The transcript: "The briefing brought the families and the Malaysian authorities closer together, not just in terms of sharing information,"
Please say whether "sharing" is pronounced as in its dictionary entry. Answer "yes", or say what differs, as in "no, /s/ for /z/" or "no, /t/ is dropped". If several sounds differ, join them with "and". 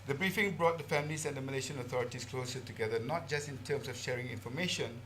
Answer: yes